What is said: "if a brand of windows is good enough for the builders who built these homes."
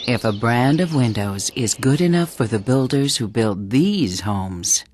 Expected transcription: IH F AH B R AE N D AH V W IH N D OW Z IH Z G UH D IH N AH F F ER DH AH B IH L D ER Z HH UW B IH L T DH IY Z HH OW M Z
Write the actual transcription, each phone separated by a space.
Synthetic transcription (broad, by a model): IH F AH B R AE N D AH V W IH N D OW Z IH Z G UH D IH N AH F F ER DH AH B IH L D ER Z HH UW B IH L T DH IY Z HH OW M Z